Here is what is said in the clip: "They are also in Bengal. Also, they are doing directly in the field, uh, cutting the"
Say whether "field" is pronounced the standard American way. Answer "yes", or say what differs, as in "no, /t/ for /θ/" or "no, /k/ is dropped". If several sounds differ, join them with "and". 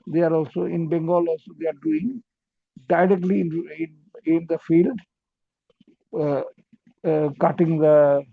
yes